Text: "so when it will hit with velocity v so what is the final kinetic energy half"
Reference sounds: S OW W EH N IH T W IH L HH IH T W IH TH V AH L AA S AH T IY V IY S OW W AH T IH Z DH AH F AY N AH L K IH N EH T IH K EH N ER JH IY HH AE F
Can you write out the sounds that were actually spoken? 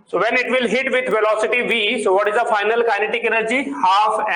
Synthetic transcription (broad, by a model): S OW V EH N IH T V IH L HH IH T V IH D V AH L AA S AH T IY V IY S OW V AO T IH Z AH F AY N AH L K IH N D T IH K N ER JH IY HH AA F